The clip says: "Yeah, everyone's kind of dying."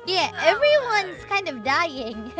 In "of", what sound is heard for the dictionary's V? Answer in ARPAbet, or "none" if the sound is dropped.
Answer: V